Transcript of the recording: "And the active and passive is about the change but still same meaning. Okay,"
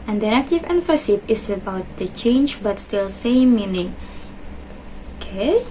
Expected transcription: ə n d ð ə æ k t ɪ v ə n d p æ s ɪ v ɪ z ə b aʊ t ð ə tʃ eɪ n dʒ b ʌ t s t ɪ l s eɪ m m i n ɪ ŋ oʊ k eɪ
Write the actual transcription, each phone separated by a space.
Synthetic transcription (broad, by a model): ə n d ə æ t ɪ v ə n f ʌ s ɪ p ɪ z ə b aʊ t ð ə tʃ eɪ n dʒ b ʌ t s t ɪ l s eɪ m m i n ɪ ŋ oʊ k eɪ